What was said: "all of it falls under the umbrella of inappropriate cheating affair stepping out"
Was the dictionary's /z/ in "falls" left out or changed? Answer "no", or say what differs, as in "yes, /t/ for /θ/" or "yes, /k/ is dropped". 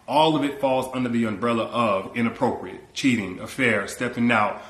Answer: no